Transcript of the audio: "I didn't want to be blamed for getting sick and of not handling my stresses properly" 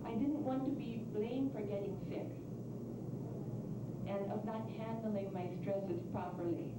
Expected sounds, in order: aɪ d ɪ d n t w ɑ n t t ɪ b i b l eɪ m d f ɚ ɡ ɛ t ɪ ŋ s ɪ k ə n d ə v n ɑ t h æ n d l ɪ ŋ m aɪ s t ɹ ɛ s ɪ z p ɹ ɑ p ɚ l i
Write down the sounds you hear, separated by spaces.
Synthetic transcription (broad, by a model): aɪ d ɪ d n t w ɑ n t t ɪ b i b l eɪ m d f ɚ ɡ ɛ t ɪ ŋ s ɪ k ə n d ə v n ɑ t h æ n d l ɪ ŋ m aɪ s t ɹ ɛ s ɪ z p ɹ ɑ p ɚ l i